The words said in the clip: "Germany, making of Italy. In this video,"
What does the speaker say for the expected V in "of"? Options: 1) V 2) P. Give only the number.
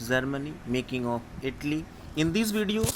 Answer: 2